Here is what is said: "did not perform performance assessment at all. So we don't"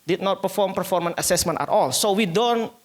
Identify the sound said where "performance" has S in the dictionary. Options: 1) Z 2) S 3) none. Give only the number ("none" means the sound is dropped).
3